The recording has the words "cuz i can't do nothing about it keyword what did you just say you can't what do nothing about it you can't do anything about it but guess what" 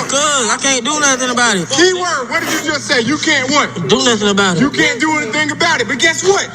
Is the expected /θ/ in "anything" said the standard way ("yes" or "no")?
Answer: yes